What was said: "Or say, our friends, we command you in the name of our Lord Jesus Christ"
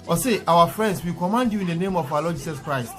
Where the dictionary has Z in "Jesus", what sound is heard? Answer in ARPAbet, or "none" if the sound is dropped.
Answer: S